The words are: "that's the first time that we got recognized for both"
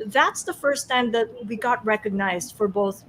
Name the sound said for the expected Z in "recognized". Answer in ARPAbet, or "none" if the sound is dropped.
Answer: Z